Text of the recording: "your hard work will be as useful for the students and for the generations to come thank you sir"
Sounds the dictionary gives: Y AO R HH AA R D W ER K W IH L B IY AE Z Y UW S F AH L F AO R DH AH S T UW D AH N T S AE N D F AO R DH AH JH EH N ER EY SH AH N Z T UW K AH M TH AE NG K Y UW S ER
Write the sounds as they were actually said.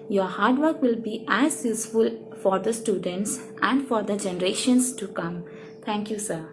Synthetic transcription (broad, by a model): Y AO R HH AA R D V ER K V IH L B IY AE Z Y UW S F AH L F AO R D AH S T UW D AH N T S AE N D F AO R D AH JH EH N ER EY SH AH N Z T UW K AH M T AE NG K Y UW S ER